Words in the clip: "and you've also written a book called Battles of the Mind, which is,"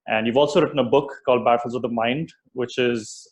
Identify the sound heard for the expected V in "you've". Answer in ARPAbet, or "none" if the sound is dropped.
V